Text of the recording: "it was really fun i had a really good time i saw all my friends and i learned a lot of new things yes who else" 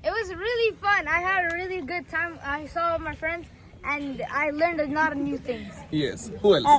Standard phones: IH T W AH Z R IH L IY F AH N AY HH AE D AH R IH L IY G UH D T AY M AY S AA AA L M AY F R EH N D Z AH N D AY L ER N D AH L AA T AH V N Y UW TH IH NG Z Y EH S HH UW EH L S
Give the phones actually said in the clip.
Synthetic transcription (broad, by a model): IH T W AH Z R IH L IY F AH N AY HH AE D AH R IH L IY G UH D T AY M AY S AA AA M AY F R EH N D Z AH N AY L ER N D AH N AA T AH N Y UW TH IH NG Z Y EH S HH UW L